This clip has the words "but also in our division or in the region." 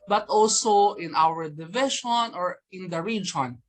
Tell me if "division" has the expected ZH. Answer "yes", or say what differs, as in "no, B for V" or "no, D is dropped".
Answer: no, SH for ZH